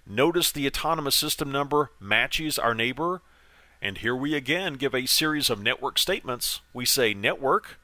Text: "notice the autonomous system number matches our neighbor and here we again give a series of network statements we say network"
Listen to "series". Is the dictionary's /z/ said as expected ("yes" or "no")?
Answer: yes